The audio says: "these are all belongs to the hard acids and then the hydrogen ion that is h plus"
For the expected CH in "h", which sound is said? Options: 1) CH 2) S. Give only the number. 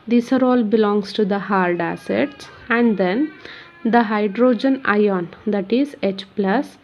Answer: 1